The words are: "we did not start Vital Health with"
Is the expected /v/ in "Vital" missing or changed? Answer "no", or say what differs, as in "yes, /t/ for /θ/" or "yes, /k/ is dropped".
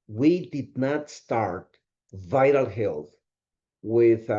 no